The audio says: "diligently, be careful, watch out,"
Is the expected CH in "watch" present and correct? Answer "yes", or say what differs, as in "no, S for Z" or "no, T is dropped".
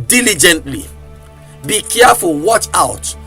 yes